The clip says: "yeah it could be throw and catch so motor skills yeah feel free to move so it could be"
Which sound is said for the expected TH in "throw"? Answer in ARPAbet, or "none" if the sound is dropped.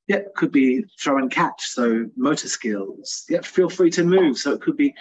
TH